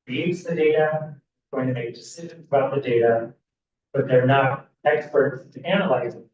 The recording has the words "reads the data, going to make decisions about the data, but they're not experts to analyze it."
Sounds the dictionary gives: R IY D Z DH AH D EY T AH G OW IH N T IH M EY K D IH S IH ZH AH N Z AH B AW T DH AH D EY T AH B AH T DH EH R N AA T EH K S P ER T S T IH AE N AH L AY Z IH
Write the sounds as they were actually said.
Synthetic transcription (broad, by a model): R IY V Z DH AH D EY T AH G OW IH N T IH M EY K D IH S IH ZH AH N Z AH B AW T DH AH D EY T AH B AH T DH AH R N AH T EH K S P ER T S T IH AE N AH L AY Z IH